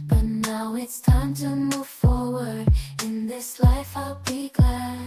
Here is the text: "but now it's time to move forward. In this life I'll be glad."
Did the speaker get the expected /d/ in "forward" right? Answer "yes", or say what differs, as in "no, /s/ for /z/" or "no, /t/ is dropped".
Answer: yes